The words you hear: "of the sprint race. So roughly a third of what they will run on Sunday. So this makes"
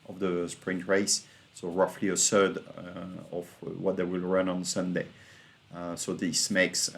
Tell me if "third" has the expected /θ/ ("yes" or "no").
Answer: no